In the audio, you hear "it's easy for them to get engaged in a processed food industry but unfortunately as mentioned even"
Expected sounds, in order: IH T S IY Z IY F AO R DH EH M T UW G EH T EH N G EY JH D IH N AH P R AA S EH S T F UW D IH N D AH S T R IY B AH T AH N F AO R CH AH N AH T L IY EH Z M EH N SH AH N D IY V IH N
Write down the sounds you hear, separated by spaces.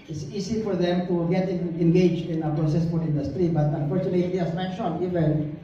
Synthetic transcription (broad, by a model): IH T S IY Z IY F AO R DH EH M T UW G EH T EH N G EY JH D IH N AH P R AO S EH S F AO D IH N D AH S T R IY B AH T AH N F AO R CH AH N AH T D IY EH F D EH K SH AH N IY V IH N